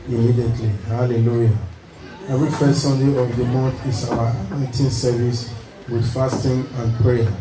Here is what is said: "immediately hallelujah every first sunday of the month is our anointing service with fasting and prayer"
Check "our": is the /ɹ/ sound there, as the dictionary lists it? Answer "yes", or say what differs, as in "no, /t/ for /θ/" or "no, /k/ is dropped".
no, /w/ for /ɹ/